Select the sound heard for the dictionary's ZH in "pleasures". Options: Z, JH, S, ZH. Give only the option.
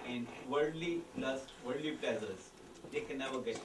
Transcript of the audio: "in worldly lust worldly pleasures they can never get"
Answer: Z